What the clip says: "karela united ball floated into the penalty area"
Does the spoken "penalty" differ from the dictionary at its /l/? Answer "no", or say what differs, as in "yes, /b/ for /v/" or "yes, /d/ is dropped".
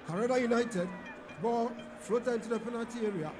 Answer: yes, /l/ is dropped